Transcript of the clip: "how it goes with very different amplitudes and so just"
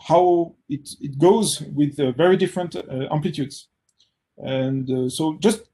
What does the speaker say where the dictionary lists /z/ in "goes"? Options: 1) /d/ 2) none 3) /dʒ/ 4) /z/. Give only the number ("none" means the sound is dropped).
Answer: 4